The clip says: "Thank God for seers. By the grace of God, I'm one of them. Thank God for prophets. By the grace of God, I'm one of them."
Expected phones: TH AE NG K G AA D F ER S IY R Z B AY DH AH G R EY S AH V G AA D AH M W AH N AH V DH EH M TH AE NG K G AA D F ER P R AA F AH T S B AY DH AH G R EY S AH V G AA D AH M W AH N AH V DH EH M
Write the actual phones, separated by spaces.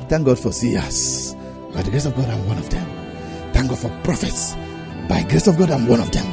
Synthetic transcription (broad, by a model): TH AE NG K G AA D F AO S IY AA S B AY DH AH G R EY S AH V G AA D AH M W AH N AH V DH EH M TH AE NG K G AA D F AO P R AA F AH T S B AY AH G R EY S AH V G AA D AH M W AH N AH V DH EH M